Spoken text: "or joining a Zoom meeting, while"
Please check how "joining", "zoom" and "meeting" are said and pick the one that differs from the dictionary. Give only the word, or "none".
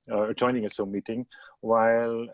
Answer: zoom